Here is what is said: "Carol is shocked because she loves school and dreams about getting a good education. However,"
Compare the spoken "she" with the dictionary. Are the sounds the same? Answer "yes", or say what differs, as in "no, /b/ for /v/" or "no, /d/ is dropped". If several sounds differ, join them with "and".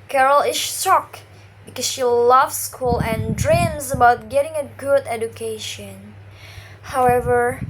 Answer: yes